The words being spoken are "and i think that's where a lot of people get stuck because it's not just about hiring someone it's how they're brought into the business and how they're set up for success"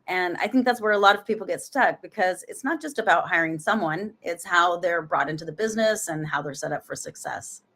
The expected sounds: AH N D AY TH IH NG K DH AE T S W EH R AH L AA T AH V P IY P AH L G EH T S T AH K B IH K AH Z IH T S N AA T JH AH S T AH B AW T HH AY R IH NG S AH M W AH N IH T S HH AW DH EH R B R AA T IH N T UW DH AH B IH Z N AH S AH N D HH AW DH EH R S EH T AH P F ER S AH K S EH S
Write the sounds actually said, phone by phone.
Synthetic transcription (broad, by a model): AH N AY TH IH NG K DH AE T S W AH R AH L AA T AH V P IY P L G EH T S T AH K B IH K AH Z IH T S N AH T JH AH S T AH B AW T HH AY R IH NG S AH M W AH N IH T S HH AW DH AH R B R AA T IH N T UW DH AH B IH Z N AH S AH N HH AW DH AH R S EH T AH P F ER S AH K S EH S